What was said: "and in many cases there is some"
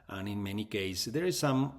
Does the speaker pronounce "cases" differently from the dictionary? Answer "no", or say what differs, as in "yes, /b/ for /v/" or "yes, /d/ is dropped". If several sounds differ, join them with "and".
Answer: yes, /s/ is dropped